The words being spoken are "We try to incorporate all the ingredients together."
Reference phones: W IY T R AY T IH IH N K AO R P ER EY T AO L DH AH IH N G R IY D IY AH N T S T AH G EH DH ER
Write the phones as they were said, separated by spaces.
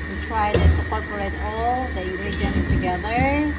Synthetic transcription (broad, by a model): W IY T R AY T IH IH K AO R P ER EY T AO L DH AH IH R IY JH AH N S T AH G EH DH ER